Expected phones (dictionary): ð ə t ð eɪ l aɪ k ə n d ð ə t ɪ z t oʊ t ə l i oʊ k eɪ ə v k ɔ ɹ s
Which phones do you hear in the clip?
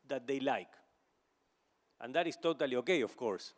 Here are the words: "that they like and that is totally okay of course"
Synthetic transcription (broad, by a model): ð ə t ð eɪ l aɪ k ə n d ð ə t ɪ s t oʊ t ə l i oʊ k eɪ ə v k ɔ ɹ s